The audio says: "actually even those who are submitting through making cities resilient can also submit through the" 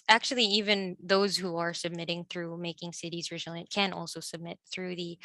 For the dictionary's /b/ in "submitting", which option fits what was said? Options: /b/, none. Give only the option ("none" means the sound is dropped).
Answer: /b/